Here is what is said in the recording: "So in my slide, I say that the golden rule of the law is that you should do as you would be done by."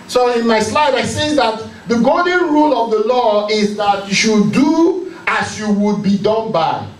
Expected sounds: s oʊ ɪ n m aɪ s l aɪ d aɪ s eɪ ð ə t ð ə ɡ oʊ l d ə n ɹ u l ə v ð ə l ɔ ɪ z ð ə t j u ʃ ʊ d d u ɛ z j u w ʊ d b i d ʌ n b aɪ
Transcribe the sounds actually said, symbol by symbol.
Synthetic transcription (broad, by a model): s oʊ ɪ n m aɪ s l aɪ d aɪ s eɪ ð ə t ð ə ɡ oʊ d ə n ɹ u l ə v ð ə l ɔ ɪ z ð ə t j u ʃ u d d u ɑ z j u w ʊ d b i d ʌ n b aɪ